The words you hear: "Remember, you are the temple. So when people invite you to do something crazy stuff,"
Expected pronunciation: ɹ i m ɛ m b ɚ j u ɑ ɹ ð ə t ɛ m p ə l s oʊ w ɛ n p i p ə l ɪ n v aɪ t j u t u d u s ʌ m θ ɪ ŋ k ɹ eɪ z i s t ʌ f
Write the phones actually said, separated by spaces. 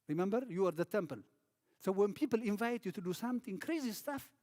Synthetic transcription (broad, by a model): ɹ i m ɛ m b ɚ j u ɑ ɹ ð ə t ɛ m p ə l s oʊ w ɛ n p i p ə l ɪ n v aɪ t j u t u d u s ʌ m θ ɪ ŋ k ɹ eɪ z i s t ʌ f